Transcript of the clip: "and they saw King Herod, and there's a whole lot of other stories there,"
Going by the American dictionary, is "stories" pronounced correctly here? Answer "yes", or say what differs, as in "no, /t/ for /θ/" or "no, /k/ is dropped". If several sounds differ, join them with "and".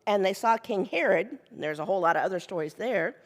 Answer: yes